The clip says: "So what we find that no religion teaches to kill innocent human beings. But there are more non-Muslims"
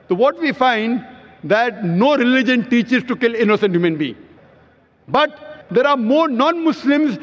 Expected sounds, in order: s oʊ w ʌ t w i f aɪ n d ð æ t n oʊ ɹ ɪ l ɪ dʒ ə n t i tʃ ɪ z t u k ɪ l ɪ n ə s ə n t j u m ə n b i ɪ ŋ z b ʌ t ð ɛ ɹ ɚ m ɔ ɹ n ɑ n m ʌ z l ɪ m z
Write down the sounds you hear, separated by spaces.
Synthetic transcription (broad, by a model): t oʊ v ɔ t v i f aɪ n d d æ t n oʊ ɹ ɪ l ɪ dʒ ə n t i tʃ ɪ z t u k ɪ l ɪ n ə s ə n t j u m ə n b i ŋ b ʌ t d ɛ ɹ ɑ m ɔ ɹ n ɑ n m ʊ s l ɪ m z